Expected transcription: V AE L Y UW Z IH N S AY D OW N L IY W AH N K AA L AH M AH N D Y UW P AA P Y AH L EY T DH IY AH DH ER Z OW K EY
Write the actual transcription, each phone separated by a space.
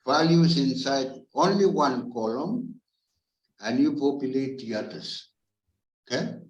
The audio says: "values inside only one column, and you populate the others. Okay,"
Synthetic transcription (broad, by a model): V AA L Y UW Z IH N S AY D OW N L IY W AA N K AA L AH M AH N Y UW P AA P Y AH L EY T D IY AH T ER S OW K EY